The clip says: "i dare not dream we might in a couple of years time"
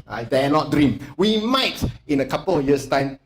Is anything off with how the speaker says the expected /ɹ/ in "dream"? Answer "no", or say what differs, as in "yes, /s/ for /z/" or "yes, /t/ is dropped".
no